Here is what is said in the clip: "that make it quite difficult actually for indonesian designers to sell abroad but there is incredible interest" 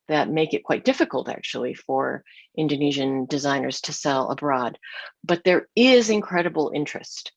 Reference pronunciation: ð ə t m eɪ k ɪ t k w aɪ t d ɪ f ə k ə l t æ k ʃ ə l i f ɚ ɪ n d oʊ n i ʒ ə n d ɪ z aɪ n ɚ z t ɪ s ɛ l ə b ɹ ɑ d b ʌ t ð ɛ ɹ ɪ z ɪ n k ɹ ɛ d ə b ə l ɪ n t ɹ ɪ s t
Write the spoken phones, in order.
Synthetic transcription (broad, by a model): ð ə t m eɪ k ɪ t k w aɪ t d ɪ f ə k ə l t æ k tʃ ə l i f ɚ ɪ n d oʊ n i ʒ ə n d ɪ z aɪ n ɚ z t ɪ s ɛ l ə b ɹ ɑ d b ʌ t ð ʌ ɹ ɪ z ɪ n k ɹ ɛ d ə b l ɪ n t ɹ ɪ s t